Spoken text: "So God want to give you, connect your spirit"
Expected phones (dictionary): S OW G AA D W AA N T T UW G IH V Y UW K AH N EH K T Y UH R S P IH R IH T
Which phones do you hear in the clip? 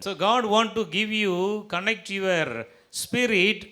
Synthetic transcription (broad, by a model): S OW G AA D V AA N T T UW G IH V Y UW K AH N EH K T Y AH R S P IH R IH T